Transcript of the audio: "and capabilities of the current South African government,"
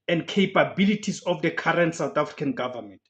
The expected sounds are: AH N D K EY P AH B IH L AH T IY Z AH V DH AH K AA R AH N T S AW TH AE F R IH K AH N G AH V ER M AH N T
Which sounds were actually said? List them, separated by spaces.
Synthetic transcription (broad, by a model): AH N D K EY P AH B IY L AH T IY S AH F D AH K AA R AH N T S AW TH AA F R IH K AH N G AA V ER M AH N T